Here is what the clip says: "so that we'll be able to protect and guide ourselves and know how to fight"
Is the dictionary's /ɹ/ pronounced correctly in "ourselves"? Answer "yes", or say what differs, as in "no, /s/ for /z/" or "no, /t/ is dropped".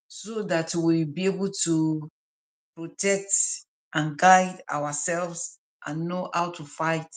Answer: no, /w/ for /ɹ/